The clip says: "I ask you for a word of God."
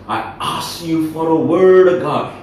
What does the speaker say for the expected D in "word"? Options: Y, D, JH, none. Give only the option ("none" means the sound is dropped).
D